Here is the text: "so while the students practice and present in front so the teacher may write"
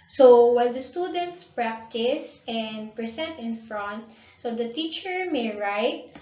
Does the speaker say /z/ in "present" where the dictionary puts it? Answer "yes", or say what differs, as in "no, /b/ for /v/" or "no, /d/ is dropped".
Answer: no, /s/ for /z/